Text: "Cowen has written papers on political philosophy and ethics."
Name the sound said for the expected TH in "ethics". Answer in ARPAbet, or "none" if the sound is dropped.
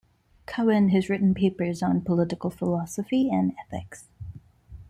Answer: TH